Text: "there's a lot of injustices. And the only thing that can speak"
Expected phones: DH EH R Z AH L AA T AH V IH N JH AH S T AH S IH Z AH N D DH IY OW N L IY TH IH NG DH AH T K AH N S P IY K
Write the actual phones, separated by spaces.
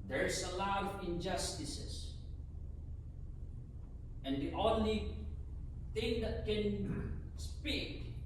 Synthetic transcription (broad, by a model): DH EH R AH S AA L AH V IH N JH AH S T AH S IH S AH N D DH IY OW N L IY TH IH NG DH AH T K AH N S P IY K